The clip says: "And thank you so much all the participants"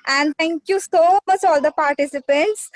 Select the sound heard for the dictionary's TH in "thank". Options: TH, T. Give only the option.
T